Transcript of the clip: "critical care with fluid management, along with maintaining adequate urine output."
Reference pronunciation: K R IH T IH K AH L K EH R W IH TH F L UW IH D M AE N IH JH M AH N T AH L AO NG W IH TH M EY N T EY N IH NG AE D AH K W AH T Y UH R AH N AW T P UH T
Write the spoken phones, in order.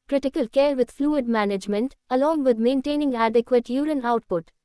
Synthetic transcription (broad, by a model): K R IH T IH K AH L K EH R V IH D F L UW IH D M AE N IH JH M AH N T AH L AO NG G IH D M EY N T EY N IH NG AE D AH K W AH T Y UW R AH N AW T P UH T